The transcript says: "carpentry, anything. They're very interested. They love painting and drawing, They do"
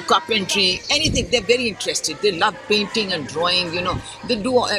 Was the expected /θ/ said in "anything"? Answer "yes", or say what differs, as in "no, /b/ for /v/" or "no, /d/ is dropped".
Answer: no, /t/ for /θ/